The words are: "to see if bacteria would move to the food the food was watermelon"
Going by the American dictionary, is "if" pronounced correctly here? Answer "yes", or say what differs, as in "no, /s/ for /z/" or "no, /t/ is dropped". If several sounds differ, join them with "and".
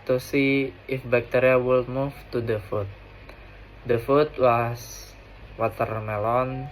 yes